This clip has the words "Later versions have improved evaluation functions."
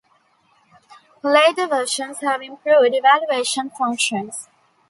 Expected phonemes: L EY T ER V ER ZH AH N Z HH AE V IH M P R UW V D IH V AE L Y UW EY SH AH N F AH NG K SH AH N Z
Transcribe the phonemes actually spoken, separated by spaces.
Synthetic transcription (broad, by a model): L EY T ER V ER SH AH N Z HH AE V IH M P R UW V D IH V AE L Y UW EY SH AH N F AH NG K SH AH N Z